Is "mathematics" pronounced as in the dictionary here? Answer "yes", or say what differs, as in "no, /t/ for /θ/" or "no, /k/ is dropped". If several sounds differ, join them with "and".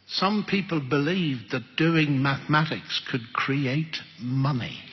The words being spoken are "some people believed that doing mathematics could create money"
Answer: yes